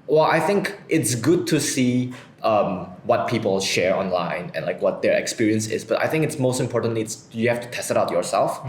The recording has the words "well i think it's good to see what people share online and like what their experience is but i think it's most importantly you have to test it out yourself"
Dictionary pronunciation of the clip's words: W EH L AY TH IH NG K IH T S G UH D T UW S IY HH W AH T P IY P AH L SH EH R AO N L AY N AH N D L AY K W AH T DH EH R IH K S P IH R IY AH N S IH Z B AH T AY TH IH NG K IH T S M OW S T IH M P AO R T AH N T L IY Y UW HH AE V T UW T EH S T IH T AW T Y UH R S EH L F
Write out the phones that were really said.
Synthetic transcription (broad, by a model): W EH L AY TH IH NG K IH T S G UH D T UW S IY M W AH T P IY P AH L SH EH R AO N L AY N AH N L AY K W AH T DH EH R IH K S P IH R IY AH N S IH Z B AH T AY TH IH NG K IH T S M OW S T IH M P AO R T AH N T L IY Y UW HH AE F T UW T EH S T IH T AW T Y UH R S EH L F